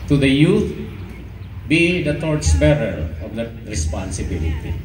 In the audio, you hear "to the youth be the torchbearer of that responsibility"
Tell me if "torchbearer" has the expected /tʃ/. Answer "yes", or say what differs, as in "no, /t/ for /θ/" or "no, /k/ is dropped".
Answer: no, /s/ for /tʃ/